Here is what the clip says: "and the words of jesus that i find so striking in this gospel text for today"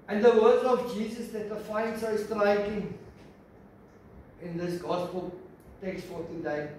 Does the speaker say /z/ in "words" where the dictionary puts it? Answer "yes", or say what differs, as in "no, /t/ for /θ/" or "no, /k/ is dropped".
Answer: no, /z/ is dropped